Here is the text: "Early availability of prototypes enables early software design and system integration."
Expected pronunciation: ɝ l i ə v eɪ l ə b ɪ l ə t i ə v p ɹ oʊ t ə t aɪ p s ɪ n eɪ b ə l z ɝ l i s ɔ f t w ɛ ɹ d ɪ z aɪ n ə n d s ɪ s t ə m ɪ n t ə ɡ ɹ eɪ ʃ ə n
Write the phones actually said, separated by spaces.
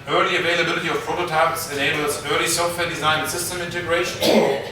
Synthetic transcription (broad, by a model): ɝ l i ə v eɪ l ə b ɪ l ə t i ə v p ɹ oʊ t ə t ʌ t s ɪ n eɪ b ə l s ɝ l i s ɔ f t w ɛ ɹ d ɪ z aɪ ə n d s ɪ s t ə m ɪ n t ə ɡ ɹ eɪ ʃ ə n